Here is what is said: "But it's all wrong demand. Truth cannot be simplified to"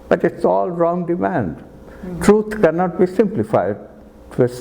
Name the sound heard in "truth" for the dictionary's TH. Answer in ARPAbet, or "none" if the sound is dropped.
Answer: T